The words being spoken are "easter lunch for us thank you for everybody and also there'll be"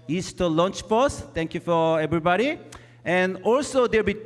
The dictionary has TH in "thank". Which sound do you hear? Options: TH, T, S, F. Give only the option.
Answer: T